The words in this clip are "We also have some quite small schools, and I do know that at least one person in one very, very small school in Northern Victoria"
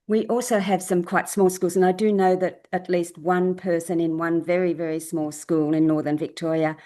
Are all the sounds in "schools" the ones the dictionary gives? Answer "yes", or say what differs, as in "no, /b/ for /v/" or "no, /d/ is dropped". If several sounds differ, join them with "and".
yes